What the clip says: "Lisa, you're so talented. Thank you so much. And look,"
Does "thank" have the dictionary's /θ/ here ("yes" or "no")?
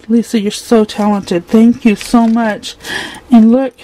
yes